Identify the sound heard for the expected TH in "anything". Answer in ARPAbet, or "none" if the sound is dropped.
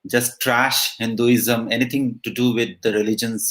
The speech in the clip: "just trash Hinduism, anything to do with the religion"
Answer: T